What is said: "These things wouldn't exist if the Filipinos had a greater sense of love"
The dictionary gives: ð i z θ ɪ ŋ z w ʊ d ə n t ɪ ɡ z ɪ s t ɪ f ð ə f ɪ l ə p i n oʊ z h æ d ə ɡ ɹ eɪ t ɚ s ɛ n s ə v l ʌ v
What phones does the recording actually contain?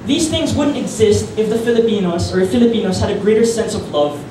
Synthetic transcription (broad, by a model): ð i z θ ɪ ŋ z w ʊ d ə n t ɪ ɡ z ɪ s t ɪ f ð ə f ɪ l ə p i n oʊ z h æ d ə ɡ ɹ eɪ t ɚ s ɛ n s ə v l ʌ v